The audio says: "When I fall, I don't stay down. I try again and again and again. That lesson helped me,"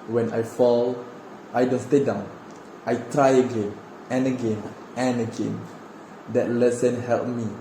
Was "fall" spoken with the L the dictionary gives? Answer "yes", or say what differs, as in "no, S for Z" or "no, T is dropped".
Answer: yes